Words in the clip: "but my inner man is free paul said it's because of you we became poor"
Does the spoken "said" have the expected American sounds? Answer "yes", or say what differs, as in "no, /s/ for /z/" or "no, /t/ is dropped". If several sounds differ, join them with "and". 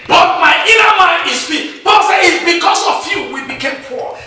no, /d/ is dropped